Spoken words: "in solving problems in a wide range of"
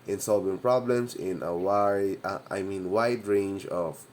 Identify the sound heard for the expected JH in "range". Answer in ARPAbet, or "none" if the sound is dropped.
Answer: JH